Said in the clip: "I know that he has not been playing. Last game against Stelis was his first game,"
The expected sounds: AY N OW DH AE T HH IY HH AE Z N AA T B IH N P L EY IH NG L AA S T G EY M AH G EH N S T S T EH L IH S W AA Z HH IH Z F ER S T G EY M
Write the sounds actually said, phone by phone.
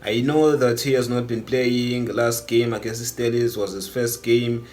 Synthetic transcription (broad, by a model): AY N OW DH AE T HH IY HH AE Z N AA T B IH N P L EY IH NG L AA S T G EY M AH G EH S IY S T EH L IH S W AA Z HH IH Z F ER S T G EY M